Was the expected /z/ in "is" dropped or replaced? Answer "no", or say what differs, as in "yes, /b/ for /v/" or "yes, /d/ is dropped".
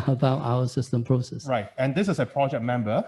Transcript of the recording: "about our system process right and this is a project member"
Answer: yes, /s/ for /z/